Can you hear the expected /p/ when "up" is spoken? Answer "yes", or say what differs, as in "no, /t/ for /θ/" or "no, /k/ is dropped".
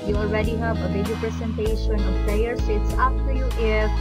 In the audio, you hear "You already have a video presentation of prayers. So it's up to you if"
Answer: no, /f/ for /p/